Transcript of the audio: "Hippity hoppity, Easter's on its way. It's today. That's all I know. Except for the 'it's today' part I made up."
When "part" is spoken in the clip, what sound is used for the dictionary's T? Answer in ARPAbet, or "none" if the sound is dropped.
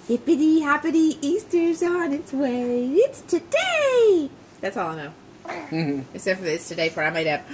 none